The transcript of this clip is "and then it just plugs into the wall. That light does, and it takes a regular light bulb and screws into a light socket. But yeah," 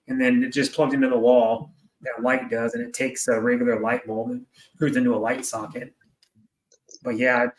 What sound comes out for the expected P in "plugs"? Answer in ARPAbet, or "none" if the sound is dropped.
P